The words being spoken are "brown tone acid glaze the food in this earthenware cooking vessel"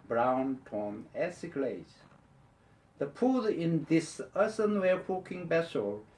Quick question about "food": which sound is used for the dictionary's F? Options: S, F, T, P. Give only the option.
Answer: P